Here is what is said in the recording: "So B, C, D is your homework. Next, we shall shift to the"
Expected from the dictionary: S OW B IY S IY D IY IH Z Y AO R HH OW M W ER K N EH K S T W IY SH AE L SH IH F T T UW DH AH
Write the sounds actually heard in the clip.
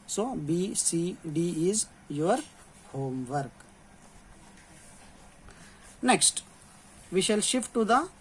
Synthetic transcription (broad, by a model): S OW B IY S IY D IY IH Z Y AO R HH OW M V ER K N EH K S T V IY SH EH L SH IH F T T UW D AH